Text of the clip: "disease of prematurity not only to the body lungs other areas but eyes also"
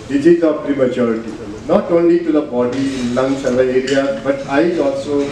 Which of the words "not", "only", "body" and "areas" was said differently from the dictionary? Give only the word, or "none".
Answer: areas